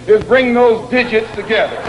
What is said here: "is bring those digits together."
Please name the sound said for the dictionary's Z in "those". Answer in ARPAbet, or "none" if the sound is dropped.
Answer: Z